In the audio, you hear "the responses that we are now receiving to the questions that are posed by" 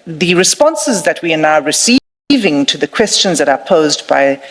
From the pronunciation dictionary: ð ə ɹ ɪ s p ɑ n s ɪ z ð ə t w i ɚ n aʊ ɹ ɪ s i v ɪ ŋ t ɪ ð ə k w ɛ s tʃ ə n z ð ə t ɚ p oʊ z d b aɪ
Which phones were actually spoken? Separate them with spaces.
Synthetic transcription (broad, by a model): ð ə ɹ ɪ s p ɑ n s ɪ z ð ə t w i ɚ n aʊ ɹ ɪ s i v ɪ ŋ t ɪ ð ə k w ɛ s tʃ ə n z ð ə t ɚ p oʊ z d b aɪ